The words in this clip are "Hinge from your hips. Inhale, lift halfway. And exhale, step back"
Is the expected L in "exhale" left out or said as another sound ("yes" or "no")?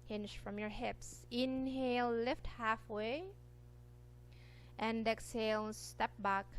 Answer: no